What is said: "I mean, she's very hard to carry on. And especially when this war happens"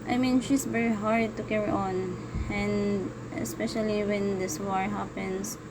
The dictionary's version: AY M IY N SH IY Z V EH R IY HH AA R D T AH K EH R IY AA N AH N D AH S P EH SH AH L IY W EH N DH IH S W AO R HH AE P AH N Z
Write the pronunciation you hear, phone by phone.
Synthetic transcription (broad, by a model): AY M IY N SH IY S V EH R IY HH AA R D T AH K EH R IY AA N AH N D AH S P EH SH AH L IY W EH N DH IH S W AO R HH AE P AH N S